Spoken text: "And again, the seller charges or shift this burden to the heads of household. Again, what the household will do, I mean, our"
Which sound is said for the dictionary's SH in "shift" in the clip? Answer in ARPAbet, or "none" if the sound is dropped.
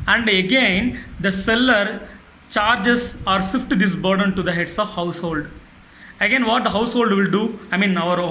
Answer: S